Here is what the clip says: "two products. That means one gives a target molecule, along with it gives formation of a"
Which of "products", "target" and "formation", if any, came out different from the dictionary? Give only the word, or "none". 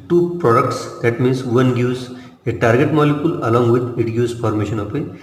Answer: formation